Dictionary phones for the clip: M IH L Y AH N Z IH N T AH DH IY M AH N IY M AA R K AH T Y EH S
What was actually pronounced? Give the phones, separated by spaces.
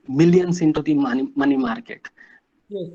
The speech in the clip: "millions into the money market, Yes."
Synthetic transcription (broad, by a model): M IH L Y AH N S IH N T AH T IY M AH N IY M AA R K AH T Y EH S